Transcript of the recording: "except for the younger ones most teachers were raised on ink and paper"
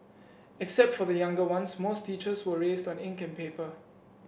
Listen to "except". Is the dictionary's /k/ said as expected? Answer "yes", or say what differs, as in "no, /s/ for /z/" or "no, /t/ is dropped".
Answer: yes